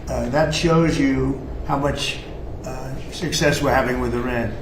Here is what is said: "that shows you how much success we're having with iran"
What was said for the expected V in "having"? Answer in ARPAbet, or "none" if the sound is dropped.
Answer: V